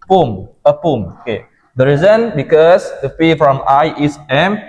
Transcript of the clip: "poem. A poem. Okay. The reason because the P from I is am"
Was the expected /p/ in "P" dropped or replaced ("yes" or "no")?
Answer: yes